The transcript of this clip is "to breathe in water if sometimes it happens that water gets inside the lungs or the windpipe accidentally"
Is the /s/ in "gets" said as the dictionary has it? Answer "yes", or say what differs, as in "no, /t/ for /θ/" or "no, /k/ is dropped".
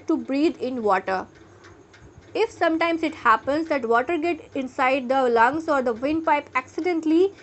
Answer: no, /s/ is dropped